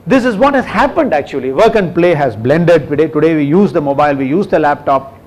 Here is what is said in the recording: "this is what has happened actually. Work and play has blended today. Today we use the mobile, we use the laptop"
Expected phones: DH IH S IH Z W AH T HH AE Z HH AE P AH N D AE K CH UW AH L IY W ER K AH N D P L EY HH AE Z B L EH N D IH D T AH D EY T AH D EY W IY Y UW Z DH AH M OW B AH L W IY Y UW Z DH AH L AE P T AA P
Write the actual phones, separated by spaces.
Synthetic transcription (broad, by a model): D IH S IH Z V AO T HH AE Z HH AE P AH N D AE K CH UW AH L IY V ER K AH N D P L EY HH AE Z B L EH N D IH D T AH D EY T AH D EY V IY Y UW Z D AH M OW B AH L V IY Y UW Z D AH L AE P T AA P